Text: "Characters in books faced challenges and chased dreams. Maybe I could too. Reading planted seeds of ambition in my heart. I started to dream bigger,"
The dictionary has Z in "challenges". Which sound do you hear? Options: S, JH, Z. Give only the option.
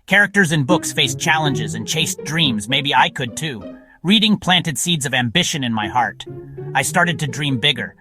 Z